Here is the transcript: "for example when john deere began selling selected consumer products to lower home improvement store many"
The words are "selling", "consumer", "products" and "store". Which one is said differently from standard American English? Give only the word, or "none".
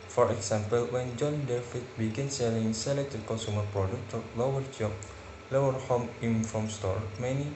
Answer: products